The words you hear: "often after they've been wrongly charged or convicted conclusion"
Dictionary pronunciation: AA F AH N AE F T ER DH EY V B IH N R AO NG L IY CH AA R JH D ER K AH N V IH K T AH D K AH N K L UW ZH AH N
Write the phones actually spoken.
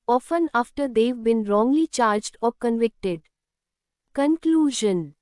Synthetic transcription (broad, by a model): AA F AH N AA F T ER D EY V B IH N R AO NG L IY CH AA R JH D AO K AH N V IH K T AH D K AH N K L UW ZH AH N